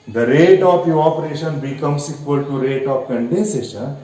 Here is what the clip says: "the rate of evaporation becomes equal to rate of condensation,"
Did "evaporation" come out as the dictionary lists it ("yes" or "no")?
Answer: no